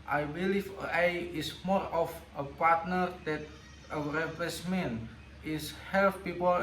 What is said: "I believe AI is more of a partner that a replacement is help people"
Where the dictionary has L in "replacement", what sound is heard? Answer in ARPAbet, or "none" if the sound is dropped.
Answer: none